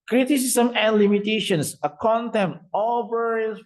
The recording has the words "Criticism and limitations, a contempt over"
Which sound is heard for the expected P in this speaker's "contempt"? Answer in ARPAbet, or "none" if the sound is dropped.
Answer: none